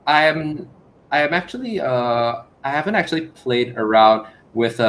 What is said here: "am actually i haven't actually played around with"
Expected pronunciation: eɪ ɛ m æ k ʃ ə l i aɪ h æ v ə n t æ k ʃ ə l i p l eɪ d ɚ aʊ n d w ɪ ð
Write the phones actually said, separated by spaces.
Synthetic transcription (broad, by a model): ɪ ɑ m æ k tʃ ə l i aɪ h æ v ə n t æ k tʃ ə l i p l eɪ d ɚ aʊ n d w ɪ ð